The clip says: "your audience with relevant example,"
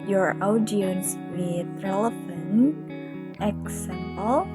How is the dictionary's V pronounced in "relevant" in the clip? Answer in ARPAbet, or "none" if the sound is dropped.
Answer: F